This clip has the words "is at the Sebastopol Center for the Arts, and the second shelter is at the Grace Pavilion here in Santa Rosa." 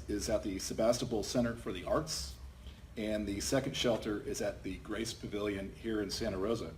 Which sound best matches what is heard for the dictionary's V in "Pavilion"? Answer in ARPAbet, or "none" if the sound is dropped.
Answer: V